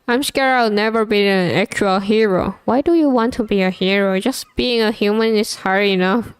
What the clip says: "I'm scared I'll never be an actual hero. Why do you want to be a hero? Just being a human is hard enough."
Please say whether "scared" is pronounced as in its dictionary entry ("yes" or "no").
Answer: no